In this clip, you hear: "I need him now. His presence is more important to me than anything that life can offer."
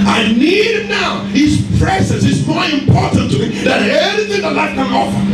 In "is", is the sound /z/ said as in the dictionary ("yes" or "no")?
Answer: no